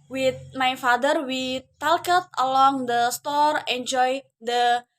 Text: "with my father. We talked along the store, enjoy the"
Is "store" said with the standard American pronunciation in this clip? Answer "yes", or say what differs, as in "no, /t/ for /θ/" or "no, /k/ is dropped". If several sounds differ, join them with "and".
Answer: yes